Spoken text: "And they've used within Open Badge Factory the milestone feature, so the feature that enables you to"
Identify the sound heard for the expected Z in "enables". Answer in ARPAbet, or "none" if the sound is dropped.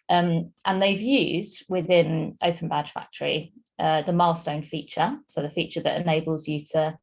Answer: Z